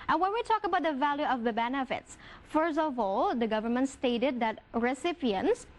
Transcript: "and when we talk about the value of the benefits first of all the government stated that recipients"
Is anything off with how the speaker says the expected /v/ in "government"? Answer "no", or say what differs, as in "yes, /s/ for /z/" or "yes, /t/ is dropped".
no